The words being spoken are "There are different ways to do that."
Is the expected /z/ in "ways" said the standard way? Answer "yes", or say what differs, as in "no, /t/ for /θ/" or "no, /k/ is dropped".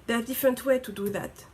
no, /z/ is dropped